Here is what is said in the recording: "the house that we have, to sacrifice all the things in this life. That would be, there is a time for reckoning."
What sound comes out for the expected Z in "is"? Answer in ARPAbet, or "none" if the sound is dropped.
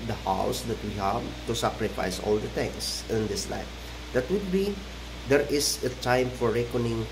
S